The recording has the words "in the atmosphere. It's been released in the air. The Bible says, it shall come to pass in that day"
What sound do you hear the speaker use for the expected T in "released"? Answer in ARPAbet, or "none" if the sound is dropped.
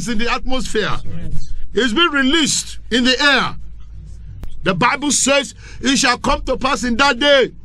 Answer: T